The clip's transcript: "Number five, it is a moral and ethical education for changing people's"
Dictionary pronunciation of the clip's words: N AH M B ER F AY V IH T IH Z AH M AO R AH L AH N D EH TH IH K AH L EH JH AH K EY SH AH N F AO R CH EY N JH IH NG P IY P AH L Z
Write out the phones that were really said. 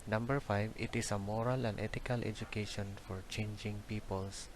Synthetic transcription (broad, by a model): N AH M B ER F AY V IH T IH S AH M AO R AH L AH N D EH T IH K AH L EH JH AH K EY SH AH N F AO R CH EY N JH IH NG P IY P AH L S